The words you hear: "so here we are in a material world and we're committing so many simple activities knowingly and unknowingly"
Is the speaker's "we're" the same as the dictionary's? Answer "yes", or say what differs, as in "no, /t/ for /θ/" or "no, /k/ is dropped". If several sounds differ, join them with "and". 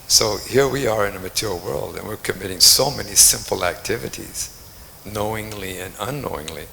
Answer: yes